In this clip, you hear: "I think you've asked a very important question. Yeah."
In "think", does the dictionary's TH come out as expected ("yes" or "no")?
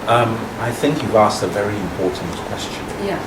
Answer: yes